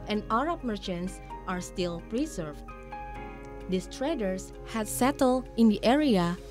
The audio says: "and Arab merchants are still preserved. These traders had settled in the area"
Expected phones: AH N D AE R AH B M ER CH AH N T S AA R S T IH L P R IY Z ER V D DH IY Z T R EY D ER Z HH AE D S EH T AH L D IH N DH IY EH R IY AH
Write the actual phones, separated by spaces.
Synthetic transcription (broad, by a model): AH N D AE R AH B M ER CH AH N T S AA R S T IH L P R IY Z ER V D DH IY S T R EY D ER S HH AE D S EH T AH L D IH N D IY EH R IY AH